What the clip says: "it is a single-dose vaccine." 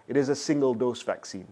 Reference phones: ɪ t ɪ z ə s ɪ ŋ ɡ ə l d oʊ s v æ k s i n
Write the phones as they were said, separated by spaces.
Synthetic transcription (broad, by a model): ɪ t ɪ z ə s ɪ ŋ ɡ ə l d oʊ s v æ k s i n